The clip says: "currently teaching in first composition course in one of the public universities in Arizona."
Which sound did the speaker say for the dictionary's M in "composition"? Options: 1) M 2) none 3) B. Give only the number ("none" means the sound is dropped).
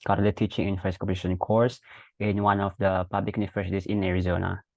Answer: 2